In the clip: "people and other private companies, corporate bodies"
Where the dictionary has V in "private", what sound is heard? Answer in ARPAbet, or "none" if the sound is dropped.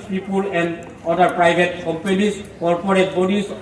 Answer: B